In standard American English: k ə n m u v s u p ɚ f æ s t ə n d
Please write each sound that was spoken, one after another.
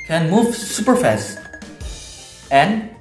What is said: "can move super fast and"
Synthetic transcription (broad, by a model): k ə n m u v s u p ɚ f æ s ə n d